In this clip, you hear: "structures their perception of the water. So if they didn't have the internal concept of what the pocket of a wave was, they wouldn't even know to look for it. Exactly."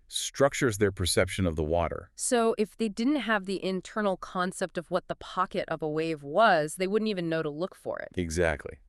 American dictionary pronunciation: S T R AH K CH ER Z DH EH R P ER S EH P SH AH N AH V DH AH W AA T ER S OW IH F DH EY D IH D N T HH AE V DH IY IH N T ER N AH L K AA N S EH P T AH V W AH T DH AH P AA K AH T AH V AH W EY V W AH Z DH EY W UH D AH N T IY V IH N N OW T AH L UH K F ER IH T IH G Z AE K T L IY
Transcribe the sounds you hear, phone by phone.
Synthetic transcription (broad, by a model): S T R AH K CH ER Z DH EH R P ER S EH P SH AH N AH V DH AH W AA T ER S OW IH F DH EY D IH D N T HH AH V DH IY IH N T ER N L K AA N S EH P T AH V W AH T DH AH P AA K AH T AH V AH W EY V W AH Z DH EY W UH D N T IY V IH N N OW T AH L UH K F ER IH T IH G Z AE K T L IY